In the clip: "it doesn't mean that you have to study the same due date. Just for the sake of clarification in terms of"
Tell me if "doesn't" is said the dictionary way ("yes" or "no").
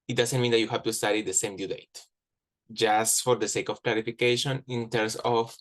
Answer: no